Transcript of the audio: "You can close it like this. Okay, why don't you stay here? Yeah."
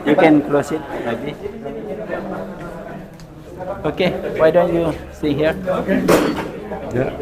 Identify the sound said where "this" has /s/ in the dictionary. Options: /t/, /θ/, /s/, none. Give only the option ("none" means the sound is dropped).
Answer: none